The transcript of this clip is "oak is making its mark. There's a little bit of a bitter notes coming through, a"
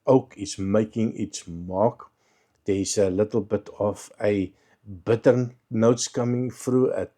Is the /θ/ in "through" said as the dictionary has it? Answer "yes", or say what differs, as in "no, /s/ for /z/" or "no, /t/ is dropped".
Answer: no, /f/ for /θ/